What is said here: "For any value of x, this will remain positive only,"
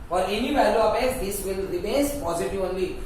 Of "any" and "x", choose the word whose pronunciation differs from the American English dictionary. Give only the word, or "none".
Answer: x